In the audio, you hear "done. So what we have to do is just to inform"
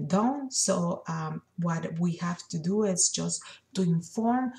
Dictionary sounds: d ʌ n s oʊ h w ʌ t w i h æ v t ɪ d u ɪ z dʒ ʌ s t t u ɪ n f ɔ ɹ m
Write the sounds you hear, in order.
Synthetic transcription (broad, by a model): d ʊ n s oʊ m w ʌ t w i h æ f t ɪ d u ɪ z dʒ ʌ s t t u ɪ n f ɔ ɹ m